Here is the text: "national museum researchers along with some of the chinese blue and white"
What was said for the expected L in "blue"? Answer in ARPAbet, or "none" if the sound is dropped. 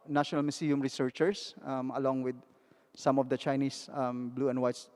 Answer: L